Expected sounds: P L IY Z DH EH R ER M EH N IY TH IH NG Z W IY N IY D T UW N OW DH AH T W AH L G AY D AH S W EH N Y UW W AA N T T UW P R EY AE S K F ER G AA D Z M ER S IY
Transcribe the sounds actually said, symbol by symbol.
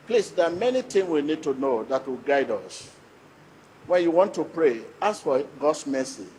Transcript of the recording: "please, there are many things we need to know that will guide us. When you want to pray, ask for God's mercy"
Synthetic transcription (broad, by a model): P L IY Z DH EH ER M EH N IY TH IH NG W IY N IY D T UW N OW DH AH T W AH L G AY D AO S W EH N Y UW W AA N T T UW P R EY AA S F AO G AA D S M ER S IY